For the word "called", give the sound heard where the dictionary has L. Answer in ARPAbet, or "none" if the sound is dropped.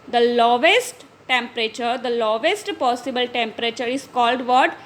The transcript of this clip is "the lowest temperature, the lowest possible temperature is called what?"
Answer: L